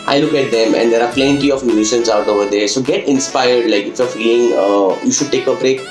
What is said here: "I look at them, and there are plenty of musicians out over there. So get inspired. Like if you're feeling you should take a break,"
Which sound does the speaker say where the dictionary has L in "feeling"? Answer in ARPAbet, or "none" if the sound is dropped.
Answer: none